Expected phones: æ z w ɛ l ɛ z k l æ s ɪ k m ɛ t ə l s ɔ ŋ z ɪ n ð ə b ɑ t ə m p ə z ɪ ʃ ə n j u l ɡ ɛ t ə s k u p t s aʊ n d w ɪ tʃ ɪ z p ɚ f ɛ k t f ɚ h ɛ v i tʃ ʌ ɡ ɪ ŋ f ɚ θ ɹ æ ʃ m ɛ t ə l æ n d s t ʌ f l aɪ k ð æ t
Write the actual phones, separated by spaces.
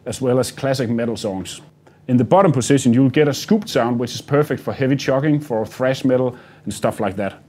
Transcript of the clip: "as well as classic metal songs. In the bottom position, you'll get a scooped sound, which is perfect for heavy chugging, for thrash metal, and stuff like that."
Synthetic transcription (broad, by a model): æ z w ɛ l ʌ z k l æ s ɪ k m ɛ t l s ɔ ŋ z ɪ n ð ə b ɑ t ə m p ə s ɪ ʃ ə n j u l ɡ ɛ t ə s k u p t s aʊ n d w ɪ tʃ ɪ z p ɚ f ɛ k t f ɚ h ɛ v i tʃ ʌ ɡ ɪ ŋ f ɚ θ ɹ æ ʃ m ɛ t l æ n s t ʌ f l aɪ k ð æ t